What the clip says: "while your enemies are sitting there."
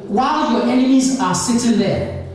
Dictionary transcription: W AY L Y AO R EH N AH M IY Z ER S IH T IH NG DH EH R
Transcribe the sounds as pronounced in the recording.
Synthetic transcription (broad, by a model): W AY L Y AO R EH N AH M IY Z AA S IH T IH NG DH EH